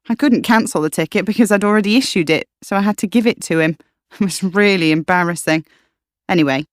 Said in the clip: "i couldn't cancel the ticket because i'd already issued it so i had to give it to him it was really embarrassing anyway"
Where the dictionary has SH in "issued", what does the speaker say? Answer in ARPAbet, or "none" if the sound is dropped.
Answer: SH